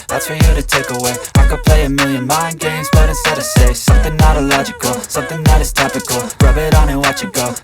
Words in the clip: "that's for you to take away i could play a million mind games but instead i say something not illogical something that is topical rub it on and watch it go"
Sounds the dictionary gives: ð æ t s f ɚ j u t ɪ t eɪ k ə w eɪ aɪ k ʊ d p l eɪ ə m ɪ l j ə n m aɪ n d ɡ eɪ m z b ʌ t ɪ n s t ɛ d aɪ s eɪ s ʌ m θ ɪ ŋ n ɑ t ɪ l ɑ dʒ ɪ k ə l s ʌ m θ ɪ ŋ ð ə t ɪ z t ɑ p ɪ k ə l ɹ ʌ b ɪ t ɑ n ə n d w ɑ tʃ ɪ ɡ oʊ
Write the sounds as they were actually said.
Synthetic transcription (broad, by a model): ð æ t s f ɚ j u t ɪ t eɪ k ə w eɪ aɪ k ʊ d p l eɪ ə m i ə n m aɪ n ɡ eɪ m z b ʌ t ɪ s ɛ d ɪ s eɪ s ʌ m θ ɪ ŋ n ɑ t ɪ l ɑ dʒ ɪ k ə l s ʌ m θ ɪ ŋ ð ə t ɪ z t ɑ p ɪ k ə l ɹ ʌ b ɪ t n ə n w ɑ tʃ ɪ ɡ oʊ